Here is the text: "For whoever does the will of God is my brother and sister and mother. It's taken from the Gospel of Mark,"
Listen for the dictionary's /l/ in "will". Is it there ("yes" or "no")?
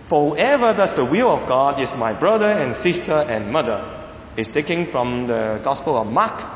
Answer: yes